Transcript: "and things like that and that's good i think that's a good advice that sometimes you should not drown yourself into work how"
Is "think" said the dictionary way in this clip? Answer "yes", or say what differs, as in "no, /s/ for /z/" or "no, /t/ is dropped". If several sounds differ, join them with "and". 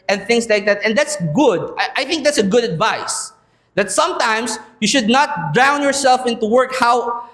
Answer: yes